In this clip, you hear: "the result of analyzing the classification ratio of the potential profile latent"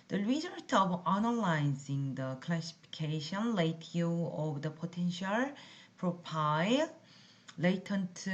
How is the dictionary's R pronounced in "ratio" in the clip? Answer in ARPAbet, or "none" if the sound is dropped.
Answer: L